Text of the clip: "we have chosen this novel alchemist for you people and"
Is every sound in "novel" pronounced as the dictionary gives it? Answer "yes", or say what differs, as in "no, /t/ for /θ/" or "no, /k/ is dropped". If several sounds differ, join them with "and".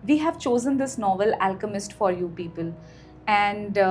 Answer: yes